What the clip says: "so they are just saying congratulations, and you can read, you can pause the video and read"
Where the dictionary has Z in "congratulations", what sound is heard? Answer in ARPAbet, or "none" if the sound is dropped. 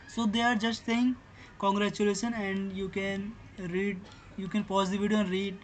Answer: none